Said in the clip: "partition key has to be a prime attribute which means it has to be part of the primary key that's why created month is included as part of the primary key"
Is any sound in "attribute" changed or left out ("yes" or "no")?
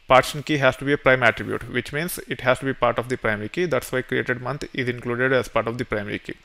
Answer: no